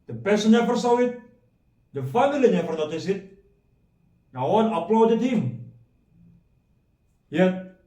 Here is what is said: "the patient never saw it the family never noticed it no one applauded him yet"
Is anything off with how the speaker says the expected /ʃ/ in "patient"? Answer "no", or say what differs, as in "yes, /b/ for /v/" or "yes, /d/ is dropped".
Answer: yes, /s/ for /ʃ/